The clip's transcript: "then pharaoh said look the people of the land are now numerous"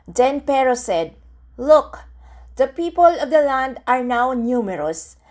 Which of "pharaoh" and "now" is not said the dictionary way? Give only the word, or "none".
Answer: pharaoh